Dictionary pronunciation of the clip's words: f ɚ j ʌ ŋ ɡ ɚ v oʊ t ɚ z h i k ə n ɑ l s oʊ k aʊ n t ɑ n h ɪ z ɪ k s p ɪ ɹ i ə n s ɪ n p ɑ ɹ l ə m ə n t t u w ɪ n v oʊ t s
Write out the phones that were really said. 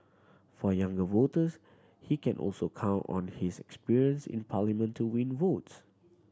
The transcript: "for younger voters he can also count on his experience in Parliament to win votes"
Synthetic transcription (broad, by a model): f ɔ j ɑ ŋ ɡ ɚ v oʊ t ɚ s h i k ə n ɑ l s oʊ k aʊ n t ɑ n h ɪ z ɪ k s p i ɹ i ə n s ɪ n p ɑ l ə m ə n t t u w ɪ n v oʊ t s